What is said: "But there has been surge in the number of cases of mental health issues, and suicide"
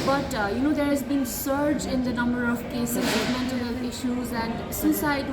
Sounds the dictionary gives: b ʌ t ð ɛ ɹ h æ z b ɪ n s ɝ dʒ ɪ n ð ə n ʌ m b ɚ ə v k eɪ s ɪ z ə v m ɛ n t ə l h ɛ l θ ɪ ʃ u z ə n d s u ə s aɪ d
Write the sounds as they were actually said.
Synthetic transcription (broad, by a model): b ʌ t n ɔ ɹ h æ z b ɪ n s ɝ dʒ ɪ n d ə n ʌ m b ɚ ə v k eɪ s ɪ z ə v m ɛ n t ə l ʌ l ɪ ʃ u z ə n d s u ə s aɪ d